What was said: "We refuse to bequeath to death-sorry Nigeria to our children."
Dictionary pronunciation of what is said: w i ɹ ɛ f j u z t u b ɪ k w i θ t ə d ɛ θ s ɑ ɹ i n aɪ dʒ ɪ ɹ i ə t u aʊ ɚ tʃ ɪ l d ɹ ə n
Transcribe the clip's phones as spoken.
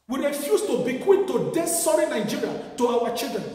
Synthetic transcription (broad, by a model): w i ɹ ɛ f j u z t u b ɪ k w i t t ə d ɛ s s ɑ ɹ i n aɪ dʒ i ɹ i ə t u aʊ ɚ tʃ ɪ l d ɹ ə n